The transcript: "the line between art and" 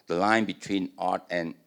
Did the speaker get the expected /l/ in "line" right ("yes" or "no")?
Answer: yes